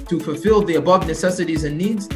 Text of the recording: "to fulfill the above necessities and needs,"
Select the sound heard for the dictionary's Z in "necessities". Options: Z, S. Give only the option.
Z